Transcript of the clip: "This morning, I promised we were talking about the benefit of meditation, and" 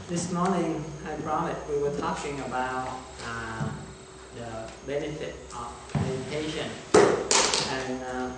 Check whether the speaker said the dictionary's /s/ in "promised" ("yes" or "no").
no